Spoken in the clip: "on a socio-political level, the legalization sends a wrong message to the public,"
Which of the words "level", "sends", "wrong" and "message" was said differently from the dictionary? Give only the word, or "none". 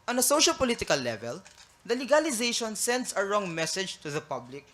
sends